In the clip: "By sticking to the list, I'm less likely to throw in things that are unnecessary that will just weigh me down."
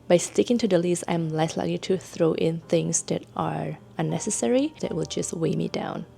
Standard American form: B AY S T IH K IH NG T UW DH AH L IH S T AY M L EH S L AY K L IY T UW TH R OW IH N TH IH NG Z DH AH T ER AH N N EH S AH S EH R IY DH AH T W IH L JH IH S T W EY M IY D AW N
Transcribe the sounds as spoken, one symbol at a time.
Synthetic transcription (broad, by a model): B AY S T IH K IH NG T UW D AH L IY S AY M L EH S L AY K L IY T UW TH R OW IH N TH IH NG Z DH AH T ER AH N N EH S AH S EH R IY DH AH T W IH L JH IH S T W EY M IY D AW N